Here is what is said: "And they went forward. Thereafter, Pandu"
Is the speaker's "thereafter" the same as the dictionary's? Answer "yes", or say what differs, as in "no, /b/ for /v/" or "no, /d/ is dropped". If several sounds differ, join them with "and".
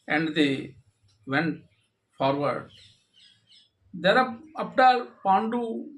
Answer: no, /p/ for /f/